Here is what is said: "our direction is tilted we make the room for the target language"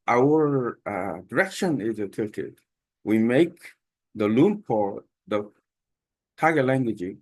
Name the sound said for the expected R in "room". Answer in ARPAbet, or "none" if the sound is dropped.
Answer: L